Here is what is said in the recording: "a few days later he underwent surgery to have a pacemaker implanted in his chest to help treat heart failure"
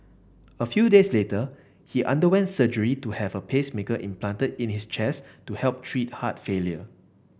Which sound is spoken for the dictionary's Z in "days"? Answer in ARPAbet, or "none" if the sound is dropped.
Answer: S